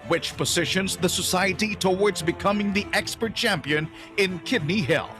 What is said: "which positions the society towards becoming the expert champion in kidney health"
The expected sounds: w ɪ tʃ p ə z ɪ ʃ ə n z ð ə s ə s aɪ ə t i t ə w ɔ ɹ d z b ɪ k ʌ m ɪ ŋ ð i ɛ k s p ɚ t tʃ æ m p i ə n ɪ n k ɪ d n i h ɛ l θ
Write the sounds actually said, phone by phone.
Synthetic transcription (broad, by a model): w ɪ tʃ p ə z ɪ ʃ ə n z ð ə s ə s aɪ ə t i t ə w ɔ ɹ d z b ɪ k ʌ m ɪ ŋ ð i ɛ k s p ɚ t tʃ æ m p i ə n ɪ n k ɪ d n i h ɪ l